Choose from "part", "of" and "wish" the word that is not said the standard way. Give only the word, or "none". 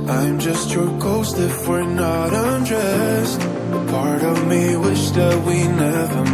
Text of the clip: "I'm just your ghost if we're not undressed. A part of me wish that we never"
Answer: none